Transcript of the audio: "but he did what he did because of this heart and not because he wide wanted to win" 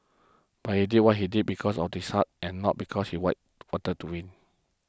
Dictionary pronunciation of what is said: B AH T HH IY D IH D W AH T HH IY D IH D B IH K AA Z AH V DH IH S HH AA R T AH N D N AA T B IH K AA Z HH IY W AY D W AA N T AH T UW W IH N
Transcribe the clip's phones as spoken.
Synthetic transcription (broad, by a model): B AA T HH IY D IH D W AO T HH IY D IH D B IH K AA S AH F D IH S HH AA T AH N N AA T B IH K AA S HH IY W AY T W AA T AH T UW W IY N